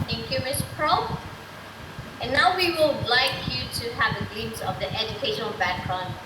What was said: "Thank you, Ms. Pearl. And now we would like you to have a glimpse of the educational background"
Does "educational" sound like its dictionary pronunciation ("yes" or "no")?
yes